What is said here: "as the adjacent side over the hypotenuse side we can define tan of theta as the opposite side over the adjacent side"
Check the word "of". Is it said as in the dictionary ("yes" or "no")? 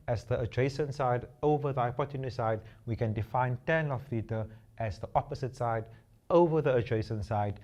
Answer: no